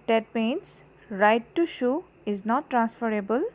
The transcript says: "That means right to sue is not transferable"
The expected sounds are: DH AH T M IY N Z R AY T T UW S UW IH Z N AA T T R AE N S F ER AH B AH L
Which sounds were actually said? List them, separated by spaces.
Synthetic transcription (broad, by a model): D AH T M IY N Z R AY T T UW SH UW IH Z N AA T T R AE N S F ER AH B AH L